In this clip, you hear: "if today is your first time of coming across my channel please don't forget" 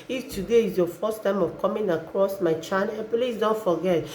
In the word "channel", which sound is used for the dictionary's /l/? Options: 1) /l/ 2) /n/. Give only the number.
2